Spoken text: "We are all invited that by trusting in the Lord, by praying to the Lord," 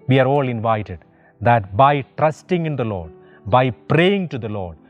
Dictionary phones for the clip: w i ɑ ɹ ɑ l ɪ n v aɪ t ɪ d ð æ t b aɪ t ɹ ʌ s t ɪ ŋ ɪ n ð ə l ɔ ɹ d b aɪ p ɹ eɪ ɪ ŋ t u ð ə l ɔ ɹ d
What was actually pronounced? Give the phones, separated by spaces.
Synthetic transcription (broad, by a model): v i ɑ ɹ ɑ l ɪ n v aɪ t ɪ d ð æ t b aɪ t ɹ ʌ s t ɪ ŋ ɪ n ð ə l ɔ ɹ d b aɪ p ɹ eɪ ɪ ŋ t u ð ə l ɔ ɹ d